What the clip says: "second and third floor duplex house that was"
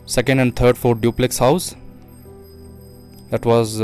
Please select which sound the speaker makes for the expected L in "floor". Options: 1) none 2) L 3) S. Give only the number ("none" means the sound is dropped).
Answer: 1